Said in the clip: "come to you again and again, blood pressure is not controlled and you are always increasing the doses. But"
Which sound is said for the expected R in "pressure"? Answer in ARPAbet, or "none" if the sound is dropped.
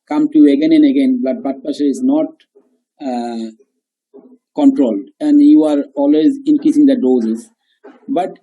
none